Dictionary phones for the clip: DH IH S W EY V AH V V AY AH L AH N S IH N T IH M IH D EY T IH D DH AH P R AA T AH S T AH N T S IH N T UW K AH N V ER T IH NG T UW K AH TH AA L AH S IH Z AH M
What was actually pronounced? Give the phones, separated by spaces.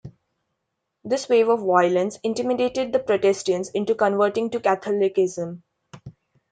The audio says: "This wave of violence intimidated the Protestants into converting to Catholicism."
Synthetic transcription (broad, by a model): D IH S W EY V AH V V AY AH L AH N S IH N T IH M IH D EY T IH D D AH P R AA T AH S T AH N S IH N T UW K AH N V ER T IH NG T UW K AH T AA L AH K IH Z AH M